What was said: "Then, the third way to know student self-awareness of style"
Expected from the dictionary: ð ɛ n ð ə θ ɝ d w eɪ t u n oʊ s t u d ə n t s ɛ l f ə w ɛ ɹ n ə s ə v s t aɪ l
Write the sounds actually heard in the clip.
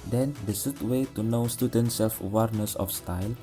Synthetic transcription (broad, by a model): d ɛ n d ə s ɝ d w eɪ t u n oʊ s t u d ə n t s ɛ l f ə w ɛ ɹ n ə s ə f s t aɪ l